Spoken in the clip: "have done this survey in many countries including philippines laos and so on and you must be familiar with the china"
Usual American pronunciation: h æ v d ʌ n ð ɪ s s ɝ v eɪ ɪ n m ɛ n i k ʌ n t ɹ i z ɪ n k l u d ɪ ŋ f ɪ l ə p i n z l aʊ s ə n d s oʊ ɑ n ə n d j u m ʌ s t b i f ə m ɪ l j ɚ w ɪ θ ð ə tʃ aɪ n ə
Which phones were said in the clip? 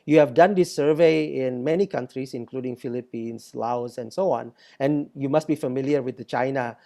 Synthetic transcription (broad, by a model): h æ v d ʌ n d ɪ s s ɝ v eɪ ɪ n m ɛ n i k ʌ n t ɹ i s ɪ n k l u d ɪ ŋ f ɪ l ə p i n s l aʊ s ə n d s oʊ ɑ n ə n j u m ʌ s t b i f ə m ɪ l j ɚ w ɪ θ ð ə tʃ aɪ n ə